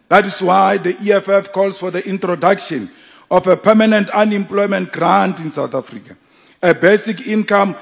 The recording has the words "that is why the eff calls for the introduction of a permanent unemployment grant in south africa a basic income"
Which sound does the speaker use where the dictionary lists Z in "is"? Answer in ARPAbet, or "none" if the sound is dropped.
S